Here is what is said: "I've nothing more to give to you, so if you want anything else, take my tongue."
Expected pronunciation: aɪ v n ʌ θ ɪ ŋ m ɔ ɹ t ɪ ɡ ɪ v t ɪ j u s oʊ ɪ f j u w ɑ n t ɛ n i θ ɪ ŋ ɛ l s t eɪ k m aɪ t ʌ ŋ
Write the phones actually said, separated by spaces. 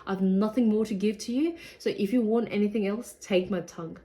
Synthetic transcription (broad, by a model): aɪ v n ʌ θ ɪ ŋ m ɔ ɹ t ɪ ɡ ɪ v t ɪ j u s oʊ ɪ f j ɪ w ɑ n t ɛ n i θ ɪ ŋ ɛ l s t eɪ k m aɪ t ʌ ŋ